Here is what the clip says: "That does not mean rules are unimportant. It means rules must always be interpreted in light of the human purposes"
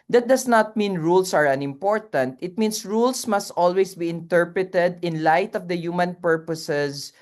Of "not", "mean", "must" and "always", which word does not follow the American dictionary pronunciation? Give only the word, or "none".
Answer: always